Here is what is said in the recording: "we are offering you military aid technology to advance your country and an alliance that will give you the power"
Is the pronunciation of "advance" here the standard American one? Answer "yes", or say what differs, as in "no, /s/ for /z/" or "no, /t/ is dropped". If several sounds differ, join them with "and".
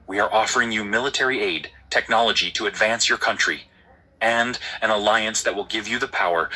yes